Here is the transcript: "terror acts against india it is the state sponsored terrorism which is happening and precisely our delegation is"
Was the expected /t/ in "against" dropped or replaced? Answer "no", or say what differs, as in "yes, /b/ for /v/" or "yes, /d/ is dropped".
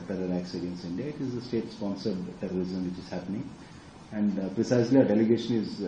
yes, /t/ is dropped